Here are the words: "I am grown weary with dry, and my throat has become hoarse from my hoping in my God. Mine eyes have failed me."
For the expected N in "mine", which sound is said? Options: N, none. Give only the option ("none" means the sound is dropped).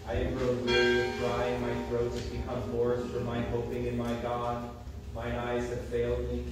none